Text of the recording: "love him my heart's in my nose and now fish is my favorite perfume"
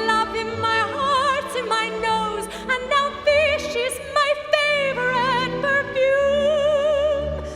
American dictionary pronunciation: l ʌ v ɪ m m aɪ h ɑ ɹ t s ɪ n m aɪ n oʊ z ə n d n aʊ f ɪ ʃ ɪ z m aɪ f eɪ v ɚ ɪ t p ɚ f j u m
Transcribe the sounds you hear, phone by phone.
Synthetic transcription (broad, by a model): l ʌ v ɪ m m aɪ h ɑ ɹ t ɪ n m aɪ n oʊ z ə n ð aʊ f ɪ ʃ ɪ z m aɪ f eɪ v ɚ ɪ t p ɚ f j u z